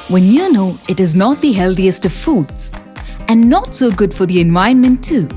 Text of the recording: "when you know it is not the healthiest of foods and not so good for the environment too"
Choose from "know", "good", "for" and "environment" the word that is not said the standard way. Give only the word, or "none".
environment